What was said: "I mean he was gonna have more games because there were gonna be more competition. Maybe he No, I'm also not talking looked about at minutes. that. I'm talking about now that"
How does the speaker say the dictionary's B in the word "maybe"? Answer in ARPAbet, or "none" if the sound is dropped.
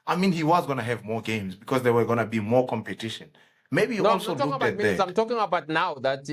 none